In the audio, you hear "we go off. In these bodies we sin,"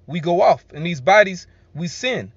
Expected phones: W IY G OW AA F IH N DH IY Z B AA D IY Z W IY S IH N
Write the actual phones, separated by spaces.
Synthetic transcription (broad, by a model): W IY G OW AA F IH N DH IY Z B AA D IY Z W IY S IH N